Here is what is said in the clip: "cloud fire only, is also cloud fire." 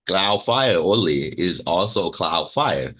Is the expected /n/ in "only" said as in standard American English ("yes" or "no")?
no